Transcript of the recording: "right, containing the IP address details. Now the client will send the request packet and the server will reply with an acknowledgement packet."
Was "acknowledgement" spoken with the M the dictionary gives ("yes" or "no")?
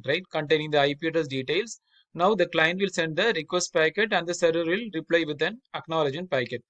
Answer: no